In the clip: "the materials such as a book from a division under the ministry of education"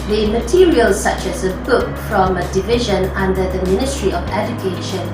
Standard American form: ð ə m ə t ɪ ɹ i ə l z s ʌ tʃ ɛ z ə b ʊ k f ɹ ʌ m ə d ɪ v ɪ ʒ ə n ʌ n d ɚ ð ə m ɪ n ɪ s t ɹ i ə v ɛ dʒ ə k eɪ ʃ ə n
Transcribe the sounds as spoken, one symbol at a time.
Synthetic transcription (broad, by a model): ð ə m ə t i ɹ i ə l s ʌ tʃ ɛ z ə b ʊ k f ɹ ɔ m ə d ɪ v ɪ ʒ ə n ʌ n d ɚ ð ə m ɪ n ɪ s t ɹ i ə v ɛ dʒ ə k eɪ ʃ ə n